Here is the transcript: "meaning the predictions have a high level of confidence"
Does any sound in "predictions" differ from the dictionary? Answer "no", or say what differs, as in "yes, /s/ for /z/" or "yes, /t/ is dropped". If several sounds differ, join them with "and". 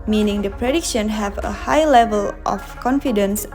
yes, /z/ is dropped